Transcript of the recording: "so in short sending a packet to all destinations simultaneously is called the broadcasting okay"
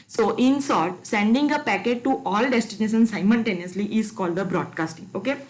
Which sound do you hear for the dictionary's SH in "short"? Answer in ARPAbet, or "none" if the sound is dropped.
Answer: S